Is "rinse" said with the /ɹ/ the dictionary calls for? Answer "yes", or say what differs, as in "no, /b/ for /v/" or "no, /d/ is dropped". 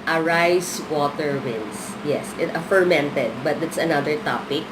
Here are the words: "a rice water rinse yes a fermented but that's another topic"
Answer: no, /w/ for /ɹ/